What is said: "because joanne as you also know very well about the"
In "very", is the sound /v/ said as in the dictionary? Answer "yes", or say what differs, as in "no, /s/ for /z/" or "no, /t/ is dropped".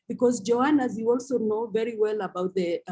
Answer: yes